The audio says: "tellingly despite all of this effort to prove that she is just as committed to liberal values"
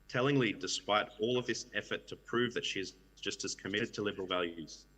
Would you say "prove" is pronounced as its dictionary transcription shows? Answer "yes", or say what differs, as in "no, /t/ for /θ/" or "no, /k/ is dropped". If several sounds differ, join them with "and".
yes